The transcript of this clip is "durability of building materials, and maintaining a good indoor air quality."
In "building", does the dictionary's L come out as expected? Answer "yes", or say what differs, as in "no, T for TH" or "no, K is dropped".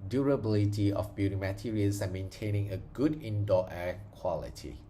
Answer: no, L is dropped